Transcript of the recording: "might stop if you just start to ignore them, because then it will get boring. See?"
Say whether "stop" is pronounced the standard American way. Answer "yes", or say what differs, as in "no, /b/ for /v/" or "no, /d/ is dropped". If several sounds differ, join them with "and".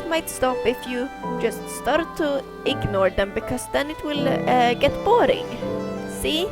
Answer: yes